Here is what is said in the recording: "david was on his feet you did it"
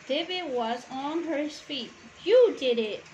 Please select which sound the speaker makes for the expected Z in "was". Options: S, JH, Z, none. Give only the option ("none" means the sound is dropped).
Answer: Z